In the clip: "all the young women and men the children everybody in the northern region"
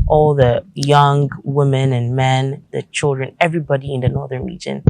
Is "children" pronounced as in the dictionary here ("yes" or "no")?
yes